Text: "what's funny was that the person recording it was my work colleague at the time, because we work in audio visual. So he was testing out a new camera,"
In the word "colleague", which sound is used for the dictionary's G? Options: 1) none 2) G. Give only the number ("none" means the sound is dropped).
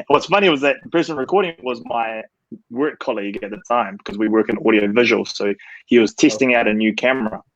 2